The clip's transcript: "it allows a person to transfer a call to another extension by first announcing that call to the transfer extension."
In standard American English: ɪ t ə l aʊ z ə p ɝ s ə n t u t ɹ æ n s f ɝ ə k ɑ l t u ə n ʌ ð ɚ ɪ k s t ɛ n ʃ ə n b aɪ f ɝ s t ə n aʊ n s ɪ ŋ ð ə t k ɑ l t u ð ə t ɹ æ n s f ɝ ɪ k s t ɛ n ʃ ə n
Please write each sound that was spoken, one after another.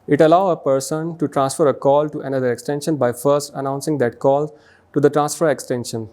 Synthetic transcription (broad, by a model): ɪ t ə l aʊ ə p ɝ s ə n t u t ɹ æ n s f ɝ ə k ɑ l t u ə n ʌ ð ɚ ɪ k s t ɛ n ʃ ə n b aɪ f ɝ s t ə n aʊ n s ɪ ŋ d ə t k ɑ l t u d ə t ɹ æ n s f ɝ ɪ k s t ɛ n ʃ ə n